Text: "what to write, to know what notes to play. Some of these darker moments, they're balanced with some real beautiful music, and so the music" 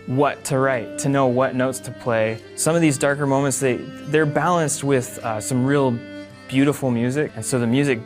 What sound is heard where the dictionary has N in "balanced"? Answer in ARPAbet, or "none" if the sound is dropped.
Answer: N